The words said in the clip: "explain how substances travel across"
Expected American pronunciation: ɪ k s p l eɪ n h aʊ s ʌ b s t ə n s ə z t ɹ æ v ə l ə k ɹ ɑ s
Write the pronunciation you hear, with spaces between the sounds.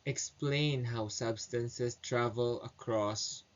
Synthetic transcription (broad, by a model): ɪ k s p l eɪ n h aʊ s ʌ b s t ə n s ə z t ɹ æ v ə l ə k ɹ ɑ s